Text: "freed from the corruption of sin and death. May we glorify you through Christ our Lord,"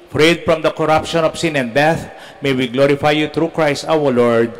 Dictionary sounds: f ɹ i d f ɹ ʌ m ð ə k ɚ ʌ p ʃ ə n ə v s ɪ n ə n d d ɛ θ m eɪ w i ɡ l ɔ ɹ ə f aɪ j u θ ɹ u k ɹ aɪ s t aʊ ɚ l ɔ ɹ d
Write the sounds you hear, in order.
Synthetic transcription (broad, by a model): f ɹ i d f ɹ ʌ m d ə k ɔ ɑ p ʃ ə n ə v s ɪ n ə n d d ɛ θ m eɪ w i ɡ l ɔ ɹ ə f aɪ j u t ɹ u k ɹ aɪ s t aʊ ɚ l ɔ ɹ d